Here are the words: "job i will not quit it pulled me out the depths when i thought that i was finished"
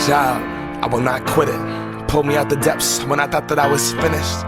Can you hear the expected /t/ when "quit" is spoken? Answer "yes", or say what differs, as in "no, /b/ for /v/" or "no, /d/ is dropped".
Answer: yes